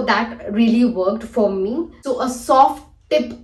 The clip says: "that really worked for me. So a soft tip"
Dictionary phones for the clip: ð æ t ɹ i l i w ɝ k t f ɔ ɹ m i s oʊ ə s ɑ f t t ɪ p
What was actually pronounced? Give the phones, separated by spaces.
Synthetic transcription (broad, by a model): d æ t ɹ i l i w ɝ k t f ɔ ɹ m i s oʊ ə s ɑ f t t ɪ p